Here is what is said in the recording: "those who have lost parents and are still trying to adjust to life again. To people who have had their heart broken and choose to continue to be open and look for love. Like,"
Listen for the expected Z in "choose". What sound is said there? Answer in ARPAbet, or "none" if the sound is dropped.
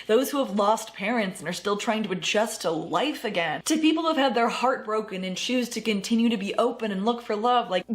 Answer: Z